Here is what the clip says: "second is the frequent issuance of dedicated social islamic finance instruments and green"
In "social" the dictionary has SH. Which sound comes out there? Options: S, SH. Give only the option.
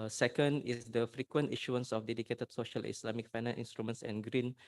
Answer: SH